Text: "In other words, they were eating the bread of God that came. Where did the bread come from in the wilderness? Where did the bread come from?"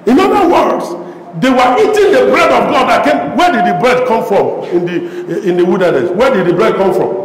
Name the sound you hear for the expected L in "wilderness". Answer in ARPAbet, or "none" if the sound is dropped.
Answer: W